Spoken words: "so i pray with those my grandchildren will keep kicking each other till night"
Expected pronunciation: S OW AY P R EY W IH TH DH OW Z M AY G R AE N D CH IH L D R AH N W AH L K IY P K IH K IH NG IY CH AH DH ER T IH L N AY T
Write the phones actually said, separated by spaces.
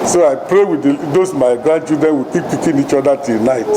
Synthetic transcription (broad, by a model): S OW AY P R EY W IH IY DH OW S M AY G R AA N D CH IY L D R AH N W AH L K IY P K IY K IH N IY CH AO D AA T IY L N AY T